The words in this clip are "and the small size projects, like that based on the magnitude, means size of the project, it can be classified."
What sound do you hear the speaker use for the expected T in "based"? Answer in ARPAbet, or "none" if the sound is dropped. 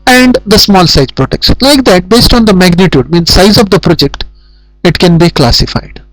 T